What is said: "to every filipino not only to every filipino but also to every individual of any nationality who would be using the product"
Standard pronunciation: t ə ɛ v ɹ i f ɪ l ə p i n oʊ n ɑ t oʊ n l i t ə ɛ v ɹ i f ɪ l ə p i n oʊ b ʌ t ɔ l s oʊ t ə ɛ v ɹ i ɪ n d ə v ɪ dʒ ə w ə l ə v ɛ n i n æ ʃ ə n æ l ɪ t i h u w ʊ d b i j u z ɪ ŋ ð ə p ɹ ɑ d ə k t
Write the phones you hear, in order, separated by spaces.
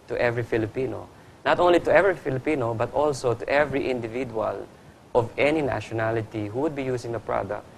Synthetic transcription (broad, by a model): t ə ɛ v ɹ i f ɪ l ə p i n oʊ n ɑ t oʊ n l i t ə ɛ v ɹ i f ɪ l ə p i n oʊ b ʌ t ɔ l s oʊ t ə ɛ v ɹ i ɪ n d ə v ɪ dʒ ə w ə l ə v ɛ n i n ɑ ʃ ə n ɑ l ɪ t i h u w ʊ d b i j u s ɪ ŋ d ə p ɹ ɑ d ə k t